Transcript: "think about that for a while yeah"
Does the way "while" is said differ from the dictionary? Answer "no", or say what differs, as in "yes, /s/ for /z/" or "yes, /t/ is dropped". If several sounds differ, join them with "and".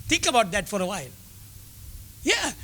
no